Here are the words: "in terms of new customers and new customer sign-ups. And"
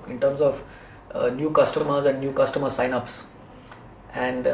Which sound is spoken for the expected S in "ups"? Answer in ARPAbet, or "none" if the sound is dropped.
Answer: S